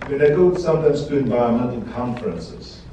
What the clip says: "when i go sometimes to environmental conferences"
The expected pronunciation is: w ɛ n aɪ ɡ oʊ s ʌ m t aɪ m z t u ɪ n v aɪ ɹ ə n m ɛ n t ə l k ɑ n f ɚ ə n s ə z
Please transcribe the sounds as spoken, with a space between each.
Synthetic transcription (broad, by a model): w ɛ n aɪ ɡ oʊ s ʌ m t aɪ m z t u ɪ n v aɪ ə m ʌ n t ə n k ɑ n f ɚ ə n s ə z